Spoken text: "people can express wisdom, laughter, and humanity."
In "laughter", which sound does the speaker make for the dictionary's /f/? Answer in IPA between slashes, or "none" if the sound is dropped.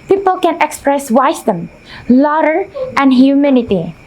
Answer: none